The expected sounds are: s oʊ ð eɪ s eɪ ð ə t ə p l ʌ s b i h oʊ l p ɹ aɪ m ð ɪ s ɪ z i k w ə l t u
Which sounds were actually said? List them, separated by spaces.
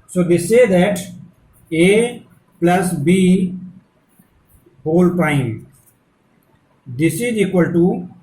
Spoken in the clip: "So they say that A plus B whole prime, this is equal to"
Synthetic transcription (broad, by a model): s oʊ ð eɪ s eɪ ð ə t ə p l ʌ s b i h oʊ l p aɪ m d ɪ s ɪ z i k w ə l t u